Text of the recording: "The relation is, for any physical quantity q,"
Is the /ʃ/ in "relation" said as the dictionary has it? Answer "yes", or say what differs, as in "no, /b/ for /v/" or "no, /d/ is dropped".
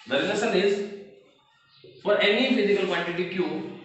no, /s/ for /ʃ/